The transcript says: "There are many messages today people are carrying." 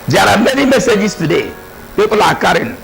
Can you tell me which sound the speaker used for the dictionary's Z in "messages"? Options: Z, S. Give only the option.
S